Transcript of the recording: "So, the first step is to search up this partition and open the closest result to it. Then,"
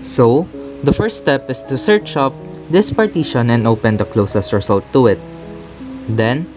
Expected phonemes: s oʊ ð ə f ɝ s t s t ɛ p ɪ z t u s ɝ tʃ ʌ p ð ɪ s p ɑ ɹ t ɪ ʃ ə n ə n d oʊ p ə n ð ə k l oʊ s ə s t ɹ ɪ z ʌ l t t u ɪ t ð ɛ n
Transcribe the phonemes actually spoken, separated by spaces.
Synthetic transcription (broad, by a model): s oʊ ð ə f ɝ s t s t ɛ p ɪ s t u s ɝ tʃ ʌ p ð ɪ s p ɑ ɹ t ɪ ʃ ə n ə n d oʊ p ə n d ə k l oʊ s ə s t ɹ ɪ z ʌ l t t u ɪ t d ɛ n